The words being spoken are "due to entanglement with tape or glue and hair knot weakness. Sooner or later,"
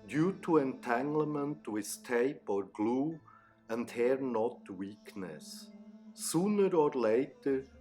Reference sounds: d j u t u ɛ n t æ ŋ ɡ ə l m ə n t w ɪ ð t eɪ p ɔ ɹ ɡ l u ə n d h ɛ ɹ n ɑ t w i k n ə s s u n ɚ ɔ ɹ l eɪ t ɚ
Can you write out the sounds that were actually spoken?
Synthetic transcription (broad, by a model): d j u t u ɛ n t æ ŋ ɡ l m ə n t w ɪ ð t eɪ p ɔ ɹ ɡ l u ə n d h ɛ ɹ n ɑ t w i k n ə s s u n ɚ ɔ ɹ l eɪ t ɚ